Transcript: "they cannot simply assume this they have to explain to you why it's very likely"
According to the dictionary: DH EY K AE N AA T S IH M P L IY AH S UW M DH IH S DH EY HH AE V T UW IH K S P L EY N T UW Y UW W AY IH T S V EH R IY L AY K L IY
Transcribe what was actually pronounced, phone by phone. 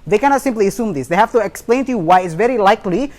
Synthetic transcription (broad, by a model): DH EY K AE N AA T S IH M P L IY AH S UW M DH IH S DH EY HH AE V T UW IH K S P L EY N T UW Y UW W AY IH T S V EH R IY L AY K L IY